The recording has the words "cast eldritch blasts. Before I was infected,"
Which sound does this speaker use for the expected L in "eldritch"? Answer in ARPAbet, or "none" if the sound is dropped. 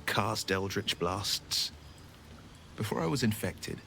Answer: L